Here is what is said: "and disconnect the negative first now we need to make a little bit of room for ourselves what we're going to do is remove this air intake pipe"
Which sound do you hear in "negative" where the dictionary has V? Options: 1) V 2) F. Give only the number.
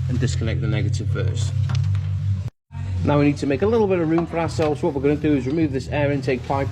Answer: 1